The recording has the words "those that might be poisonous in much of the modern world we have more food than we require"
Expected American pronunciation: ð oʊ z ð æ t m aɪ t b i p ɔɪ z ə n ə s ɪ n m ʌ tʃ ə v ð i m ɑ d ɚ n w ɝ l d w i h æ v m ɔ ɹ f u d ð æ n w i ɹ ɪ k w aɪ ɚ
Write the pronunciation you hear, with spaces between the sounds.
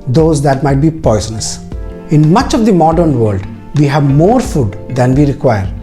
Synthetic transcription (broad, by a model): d oʊ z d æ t m aɪ t b i p ɔɪ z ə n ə s ɪ n m ʌ tʃ ə v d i m ɑ d ɚ n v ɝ l d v i h æ v m ɔ ɹ f u d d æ n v i ɹ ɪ k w aɪ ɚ